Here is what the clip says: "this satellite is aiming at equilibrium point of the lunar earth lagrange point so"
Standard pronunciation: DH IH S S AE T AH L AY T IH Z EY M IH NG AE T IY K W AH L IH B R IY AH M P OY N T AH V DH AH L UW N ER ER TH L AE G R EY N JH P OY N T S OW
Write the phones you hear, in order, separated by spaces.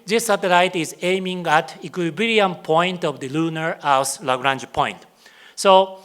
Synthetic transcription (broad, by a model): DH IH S S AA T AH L AY T IH Z EY M IH NG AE T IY K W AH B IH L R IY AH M P OY N T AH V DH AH L UW N ER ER S L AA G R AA N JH P OY N T S OW